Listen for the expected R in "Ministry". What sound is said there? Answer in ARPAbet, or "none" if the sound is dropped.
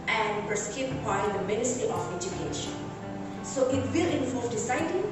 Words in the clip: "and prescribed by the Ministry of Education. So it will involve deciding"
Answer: none